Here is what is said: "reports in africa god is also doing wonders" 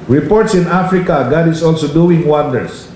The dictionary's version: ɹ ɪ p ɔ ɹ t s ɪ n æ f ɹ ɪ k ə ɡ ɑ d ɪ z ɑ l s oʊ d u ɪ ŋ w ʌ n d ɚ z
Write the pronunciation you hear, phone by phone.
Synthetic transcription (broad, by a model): ɹ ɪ p ɔ ɹ t s ɪ n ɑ f ɹ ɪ k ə ɡ ɑ d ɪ s ɑ l s oʊ d u ɪ ŋ w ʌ n d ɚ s